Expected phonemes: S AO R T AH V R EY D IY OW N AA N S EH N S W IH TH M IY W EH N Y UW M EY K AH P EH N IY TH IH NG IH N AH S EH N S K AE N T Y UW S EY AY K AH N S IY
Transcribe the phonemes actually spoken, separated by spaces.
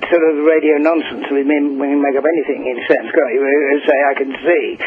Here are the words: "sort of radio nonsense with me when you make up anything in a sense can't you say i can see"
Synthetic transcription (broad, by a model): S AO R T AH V R EY D IY OW N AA N S N S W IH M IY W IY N M EY K AH P EH N IY TH IH NG IH N S EH N S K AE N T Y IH S EY AY K AH N S IY